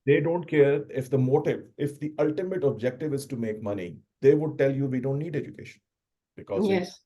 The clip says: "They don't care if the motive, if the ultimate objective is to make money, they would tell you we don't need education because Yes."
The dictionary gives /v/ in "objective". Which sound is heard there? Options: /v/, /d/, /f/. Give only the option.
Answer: /v/